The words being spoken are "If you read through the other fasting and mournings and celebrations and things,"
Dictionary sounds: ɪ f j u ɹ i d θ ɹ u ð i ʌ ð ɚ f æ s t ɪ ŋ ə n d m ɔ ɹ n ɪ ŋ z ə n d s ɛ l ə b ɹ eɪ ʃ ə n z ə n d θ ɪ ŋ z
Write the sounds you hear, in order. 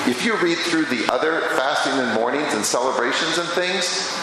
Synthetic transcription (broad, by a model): ɪ f j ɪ ɹ i d θ ɹ u ð i ʌ ð ɚ f æ s t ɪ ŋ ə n m ɔ ɹ n ɪ ŋ z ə n s ɛ l ə b ɹ eɪ ʃ ə n z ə n θ ɪ ŋ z